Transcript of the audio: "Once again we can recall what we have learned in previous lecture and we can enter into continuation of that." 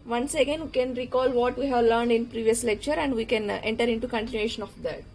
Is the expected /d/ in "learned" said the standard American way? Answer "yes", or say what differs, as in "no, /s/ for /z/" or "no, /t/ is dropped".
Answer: yes